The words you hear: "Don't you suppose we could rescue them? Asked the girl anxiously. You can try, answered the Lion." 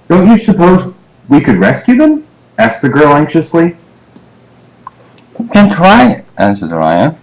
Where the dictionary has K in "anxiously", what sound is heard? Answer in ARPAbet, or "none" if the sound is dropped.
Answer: K